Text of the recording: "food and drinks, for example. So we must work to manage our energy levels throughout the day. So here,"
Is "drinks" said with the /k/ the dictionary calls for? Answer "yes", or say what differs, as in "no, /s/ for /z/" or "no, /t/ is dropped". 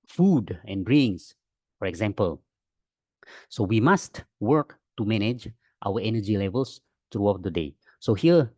no, /k/ is dropped